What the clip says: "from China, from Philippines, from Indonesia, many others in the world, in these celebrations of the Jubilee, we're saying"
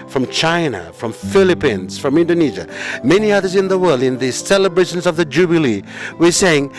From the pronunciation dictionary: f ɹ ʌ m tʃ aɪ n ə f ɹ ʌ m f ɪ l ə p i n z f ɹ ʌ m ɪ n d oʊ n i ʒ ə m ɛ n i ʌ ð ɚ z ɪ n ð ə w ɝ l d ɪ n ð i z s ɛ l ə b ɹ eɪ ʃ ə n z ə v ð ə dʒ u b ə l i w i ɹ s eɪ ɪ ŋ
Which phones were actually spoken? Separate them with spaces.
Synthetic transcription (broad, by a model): f ɹ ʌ m tʃ aɪ n ə f ɹ ʌ m f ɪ l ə p i n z f ɹ ʌ m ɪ n d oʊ n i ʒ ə m ɛ n i ʌ ð ɚ z ɪ n ð ə w ɝ l d ɪ n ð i s ɛ l ə b ɹ eɪ ʃ ə n z ə v ð ə dʒ u b ə l i w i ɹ s eɪ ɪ ŋ